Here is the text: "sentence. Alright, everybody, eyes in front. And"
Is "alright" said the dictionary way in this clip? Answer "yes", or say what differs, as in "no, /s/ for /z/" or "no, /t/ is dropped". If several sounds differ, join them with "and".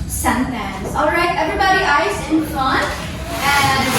yes